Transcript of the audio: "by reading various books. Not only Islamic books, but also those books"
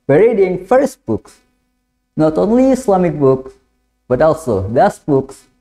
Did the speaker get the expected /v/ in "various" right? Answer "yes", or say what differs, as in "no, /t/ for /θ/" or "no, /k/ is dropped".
no, /f/ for /v/